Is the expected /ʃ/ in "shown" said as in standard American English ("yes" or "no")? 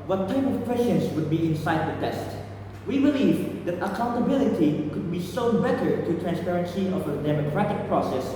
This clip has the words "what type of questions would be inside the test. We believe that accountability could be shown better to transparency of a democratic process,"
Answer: no